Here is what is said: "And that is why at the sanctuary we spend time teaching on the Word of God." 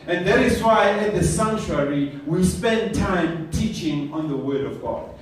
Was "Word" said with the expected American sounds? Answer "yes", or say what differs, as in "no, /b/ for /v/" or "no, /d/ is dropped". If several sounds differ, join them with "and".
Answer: yes